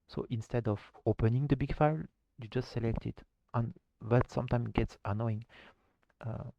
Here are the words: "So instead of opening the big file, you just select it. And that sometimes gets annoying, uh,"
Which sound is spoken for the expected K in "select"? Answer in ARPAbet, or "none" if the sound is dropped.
K